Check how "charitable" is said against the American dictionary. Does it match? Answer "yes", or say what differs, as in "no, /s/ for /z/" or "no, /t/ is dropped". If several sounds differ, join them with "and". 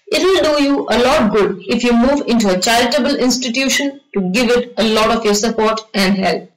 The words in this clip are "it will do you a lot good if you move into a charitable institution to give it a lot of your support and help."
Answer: no, /ɹ/ is dropped